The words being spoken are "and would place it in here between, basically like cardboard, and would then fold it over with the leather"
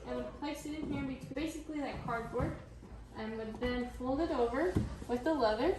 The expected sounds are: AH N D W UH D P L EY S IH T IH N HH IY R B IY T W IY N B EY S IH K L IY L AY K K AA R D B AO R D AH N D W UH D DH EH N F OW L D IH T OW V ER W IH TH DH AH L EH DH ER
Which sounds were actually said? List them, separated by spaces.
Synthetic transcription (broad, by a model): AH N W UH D P L EY S IH T IH N HH IY R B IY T B EY S IH K L IY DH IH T K AA R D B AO R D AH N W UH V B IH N F OW L D IH T OW V ER W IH DH AH L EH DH ER